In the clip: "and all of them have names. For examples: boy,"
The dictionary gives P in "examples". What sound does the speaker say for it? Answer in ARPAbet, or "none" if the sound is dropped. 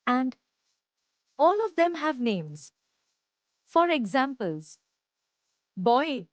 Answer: P